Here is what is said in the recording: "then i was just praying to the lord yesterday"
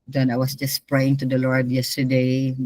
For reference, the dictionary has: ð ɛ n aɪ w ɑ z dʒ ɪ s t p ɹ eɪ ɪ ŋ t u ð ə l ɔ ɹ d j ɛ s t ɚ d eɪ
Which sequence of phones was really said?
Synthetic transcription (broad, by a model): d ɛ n aɪ w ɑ s dʒ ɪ s p ɹ eɪ ɪ ŋ t u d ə l ɔ ɹ d j ɛ s t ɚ d eɪ